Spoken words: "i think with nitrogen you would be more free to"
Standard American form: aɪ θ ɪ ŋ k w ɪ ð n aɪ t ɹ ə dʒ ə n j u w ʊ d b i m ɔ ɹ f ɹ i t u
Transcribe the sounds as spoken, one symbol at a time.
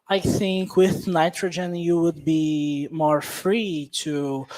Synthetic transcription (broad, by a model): aɪ θ ɪ ŋ k w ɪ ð n aɪ t ɹ ə dʒ ə n j u w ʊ d b i m ɔ ɹ f ɹ i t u